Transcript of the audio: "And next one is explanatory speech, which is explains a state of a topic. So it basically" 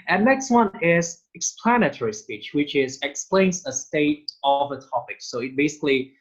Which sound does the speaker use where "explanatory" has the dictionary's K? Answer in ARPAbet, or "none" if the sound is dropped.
K